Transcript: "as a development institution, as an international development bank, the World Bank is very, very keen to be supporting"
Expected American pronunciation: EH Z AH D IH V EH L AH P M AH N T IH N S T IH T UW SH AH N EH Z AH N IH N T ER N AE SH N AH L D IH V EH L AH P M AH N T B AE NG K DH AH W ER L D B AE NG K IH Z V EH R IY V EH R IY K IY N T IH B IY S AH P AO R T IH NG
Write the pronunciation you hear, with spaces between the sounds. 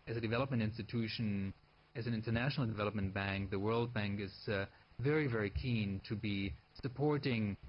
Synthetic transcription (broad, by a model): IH Z AH D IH V EH L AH P M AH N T IH N S T IH T UW SH AH N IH Z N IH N T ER N AE SH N L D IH V EH L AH P M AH N B AE NG K DH AH W ER L D B AE NG K IH Z V EH R IY V EH R IY K IY N T IH B IY S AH P AO R T IH NG